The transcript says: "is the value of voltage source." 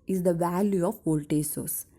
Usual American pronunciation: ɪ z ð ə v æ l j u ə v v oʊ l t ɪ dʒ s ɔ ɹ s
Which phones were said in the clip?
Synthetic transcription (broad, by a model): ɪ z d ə v æ l j u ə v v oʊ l t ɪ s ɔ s